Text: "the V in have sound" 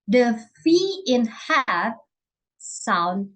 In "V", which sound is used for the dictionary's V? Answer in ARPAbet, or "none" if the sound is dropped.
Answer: F